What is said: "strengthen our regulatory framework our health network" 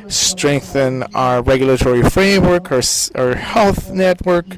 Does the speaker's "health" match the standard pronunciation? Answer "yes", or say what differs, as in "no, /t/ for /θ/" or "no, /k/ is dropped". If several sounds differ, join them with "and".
yes